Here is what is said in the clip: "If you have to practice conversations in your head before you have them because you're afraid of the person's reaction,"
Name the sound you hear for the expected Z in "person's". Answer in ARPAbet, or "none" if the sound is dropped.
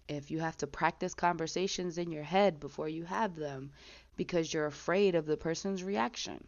Z